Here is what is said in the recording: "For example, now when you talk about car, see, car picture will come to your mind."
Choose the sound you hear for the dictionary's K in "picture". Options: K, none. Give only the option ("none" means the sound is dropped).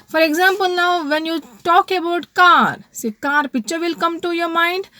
none